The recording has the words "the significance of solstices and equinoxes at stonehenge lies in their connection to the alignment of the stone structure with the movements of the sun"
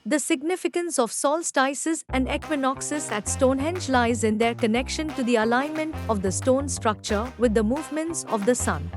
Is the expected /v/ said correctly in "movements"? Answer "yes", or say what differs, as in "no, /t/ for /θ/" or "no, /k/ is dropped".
yes